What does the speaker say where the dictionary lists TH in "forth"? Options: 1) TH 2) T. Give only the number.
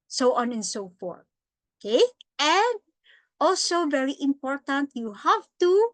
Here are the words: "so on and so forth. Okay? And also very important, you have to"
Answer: 2